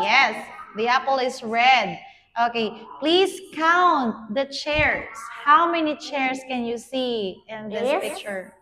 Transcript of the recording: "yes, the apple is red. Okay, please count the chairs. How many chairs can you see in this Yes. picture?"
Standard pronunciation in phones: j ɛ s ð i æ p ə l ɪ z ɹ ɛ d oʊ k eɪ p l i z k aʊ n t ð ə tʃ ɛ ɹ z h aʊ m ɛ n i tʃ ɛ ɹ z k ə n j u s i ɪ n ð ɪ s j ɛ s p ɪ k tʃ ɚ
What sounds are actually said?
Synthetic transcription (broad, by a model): j ɛ s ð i æ p ə l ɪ s ɹ ɛ d oʊ k eɪ p l i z k aʊ n t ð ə tʃ ɛ ɹ s h aʊ m ɛ n i tʃ ɛ ɹ s k ə n j u s i ɪ n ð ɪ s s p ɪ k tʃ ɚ